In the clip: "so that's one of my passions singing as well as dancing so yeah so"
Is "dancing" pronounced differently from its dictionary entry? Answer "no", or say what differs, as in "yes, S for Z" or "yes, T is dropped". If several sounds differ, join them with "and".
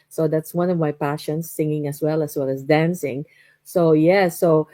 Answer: no